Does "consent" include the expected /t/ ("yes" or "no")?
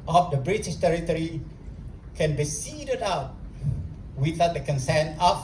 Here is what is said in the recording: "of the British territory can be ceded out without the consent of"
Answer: no